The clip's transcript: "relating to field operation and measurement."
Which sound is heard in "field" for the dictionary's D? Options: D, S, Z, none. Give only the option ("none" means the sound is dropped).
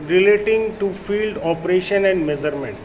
D